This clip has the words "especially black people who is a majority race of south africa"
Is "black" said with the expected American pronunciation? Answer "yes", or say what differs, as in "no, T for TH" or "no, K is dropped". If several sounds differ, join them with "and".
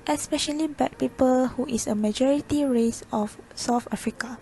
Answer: no, L is dropped